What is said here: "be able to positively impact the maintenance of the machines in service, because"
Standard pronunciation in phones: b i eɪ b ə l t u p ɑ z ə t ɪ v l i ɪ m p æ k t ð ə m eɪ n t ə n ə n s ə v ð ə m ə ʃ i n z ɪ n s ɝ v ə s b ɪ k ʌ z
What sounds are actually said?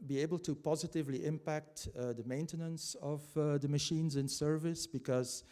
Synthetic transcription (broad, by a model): b i eɪ b ə l t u p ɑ z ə t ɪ v l i ɪ m p æ k t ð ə m eɪ n t ə n ə n s ə v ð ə m ə ʃ i n z ɪ n s ɝ v ə s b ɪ k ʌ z